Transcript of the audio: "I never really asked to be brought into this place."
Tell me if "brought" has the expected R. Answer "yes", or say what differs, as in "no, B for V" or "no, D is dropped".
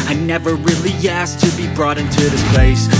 yes